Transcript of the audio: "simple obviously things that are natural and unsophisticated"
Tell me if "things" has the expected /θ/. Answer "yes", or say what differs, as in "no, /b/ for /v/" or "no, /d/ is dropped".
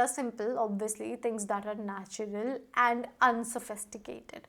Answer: no, /t/ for /θ/